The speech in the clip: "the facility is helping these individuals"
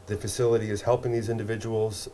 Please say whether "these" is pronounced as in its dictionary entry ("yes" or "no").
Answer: yes